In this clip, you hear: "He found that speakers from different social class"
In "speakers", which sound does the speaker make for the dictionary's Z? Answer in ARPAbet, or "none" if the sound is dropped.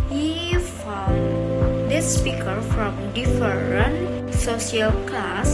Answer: none